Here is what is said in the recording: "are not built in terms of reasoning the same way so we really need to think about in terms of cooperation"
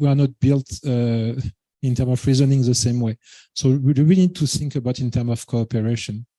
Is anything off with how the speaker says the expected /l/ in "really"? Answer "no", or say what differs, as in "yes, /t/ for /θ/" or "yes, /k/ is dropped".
yes, /w/ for /l/